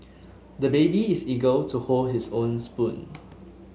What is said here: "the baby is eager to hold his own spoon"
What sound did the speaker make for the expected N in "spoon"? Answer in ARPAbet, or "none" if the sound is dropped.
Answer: N